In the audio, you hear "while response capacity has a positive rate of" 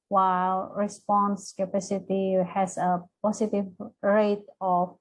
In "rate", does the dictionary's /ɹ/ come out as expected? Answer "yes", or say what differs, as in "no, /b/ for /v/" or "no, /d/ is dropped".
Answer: yes